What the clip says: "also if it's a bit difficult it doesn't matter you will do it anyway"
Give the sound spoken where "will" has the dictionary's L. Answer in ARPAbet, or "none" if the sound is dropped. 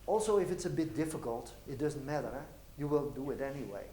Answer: N